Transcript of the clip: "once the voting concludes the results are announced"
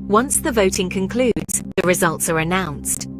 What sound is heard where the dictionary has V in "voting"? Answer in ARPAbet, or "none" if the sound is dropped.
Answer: V